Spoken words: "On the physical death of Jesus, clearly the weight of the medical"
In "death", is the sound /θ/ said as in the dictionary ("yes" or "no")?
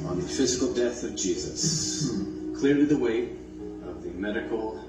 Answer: yes